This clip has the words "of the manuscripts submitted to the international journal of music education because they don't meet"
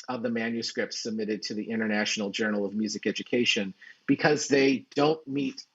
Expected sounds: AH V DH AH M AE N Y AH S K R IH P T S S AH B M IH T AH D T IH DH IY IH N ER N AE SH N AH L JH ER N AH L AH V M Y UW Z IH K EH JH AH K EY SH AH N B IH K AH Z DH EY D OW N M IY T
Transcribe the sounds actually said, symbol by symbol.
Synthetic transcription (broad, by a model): AH V DH AH M AE N Y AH S K R IH P T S S AH B M IH T AH D T IH DH IY IH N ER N AE SH N L JH ER N L AH V M Y UW Z IH K EH JH AH K EY SH AH N B IH K AH Z DH EY D OW N M IY T